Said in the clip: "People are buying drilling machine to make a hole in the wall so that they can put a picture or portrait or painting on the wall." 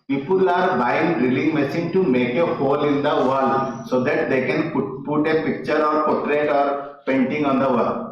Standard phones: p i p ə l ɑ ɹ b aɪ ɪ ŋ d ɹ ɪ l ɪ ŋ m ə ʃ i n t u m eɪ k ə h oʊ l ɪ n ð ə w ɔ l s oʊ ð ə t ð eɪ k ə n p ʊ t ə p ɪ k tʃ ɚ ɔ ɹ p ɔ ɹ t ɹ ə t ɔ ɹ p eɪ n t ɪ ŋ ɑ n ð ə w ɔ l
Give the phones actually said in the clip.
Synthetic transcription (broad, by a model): p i p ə l ɑ ɹ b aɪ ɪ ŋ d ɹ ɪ l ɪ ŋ m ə s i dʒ t u m eɪ k ə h oʊ l ɪ n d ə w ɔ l s oʊ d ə t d eɪ k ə n p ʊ t ə p ɪ k tʃ ɚ ɔ ɹ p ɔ t ɹ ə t ɔ ɹ p eɪ n t ɪ ŋ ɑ n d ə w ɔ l